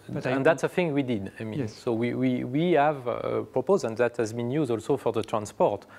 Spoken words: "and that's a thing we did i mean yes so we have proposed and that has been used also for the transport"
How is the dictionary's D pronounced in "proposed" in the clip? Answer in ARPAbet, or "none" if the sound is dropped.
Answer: none